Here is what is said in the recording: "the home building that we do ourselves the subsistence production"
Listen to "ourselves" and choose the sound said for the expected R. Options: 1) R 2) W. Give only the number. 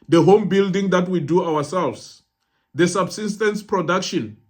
2